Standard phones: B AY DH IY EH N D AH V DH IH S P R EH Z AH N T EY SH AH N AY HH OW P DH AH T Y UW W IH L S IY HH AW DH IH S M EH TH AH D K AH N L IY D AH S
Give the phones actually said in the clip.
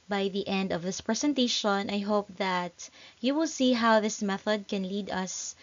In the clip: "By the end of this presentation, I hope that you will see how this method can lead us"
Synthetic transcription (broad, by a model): B AY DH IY EH N D AH V DH IH S P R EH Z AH N T EY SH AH N AY HH OW P DH AH T Y UW W IH L S IY HH AW DH IH S M EH TH AH D K AH N L IY D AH S